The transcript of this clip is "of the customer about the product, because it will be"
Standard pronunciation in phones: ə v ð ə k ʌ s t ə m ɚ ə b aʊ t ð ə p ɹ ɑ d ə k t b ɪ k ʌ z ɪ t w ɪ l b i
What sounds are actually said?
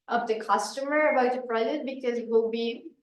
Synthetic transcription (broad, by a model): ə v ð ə k ʌ s t ə m ɚ ə b aʊ t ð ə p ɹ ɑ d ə t b ɪ k ʌ z ɪ t w ɪ l b i